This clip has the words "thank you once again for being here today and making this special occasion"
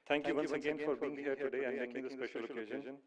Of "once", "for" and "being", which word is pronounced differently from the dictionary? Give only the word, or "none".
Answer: once